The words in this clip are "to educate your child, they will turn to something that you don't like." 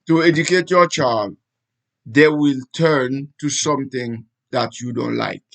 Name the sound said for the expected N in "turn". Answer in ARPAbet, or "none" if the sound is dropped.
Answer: N